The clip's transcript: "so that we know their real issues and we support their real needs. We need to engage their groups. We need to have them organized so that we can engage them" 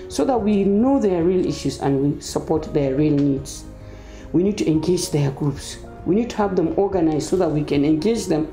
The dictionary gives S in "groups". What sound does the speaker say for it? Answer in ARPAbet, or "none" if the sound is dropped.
S